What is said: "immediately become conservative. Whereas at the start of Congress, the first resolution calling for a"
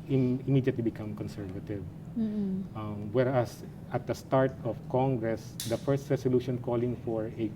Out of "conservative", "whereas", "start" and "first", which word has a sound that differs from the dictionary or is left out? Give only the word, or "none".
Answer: whereas